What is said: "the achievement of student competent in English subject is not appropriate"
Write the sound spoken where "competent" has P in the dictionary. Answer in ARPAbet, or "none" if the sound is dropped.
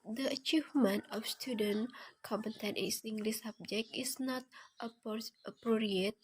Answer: none